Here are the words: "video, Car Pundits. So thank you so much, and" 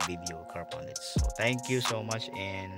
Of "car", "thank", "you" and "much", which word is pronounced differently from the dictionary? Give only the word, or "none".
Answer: thank